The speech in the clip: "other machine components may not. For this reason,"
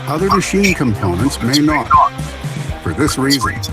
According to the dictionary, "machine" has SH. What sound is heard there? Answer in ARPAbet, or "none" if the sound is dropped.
SH